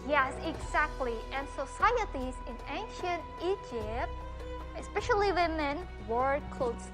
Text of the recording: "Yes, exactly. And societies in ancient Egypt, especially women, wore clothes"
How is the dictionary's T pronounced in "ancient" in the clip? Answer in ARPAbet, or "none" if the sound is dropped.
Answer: T